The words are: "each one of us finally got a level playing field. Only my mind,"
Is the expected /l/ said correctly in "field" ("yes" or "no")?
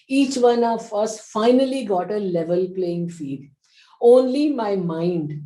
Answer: no